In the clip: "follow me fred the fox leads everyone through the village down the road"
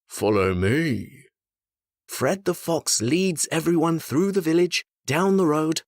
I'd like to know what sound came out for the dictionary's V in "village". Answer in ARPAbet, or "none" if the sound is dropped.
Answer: V